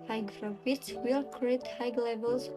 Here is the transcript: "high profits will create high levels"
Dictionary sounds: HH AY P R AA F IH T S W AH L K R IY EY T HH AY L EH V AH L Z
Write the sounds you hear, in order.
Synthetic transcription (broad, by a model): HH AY F R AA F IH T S W AH L K R IY EY T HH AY L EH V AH L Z